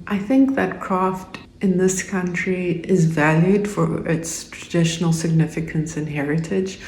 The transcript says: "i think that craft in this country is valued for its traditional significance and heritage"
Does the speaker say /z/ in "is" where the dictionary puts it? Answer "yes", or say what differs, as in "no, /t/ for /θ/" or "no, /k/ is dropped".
yes